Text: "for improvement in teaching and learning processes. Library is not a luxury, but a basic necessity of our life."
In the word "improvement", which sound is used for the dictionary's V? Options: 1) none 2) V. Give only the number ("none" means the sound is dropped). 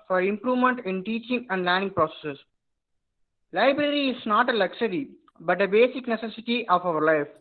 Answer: 2